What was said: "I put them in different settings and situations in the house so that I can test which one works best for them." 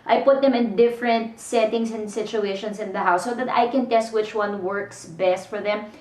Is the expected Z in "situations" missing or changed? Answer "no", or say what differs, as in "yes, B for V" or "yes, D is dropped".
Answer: yes, S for Z